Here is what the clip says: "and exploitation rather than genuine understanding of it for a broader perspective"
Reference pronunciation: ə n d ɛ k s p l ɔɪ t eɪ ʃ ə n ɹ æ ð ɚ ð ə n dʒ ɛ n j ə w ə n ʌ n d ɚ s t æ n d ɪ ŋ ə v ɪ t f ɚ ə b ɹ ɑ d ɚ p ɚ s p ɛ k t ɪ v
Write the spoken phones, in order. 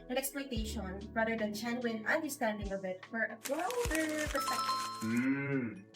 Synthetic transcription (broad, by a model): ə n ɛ k s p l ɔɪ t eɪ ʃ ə n ɹ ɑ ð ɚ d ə n tʃ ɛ n w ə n ʌ n d ɚ s t æ n d ɪ ŋ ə b ɪ t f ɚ ə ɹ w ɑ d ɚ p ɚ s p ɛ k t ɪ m